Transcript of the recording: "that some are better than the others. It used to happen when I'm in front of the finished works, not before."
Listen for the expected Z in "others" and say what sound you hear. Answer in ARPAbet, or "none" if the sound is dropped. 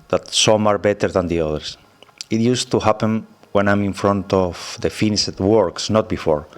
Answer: S